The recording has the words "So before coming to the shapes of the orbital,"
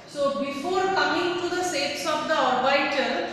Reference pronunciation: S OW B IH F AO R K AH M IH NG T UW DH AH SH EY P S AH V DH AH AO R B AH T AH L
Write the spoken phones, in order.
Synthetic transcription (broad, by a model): S OW B IH F AO R K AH M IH NG T UW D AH S EY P S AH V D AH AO R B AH T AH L